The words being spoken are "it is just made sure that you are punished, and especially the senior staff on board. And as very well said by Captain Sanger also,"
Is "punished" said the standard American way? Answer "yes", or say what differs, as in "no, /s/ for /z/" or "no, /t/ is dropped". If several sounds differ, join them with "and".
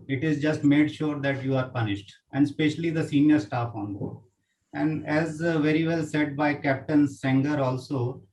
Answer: yes